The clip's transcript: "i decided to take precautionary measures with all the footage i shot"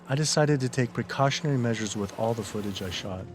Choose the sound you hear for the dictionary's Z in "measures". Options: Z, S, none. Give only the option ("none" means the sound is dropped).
Z